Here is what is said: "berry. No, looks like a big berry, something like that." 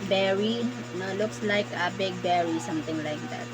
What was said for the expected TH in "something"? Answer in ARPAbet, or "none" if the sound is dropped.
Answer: T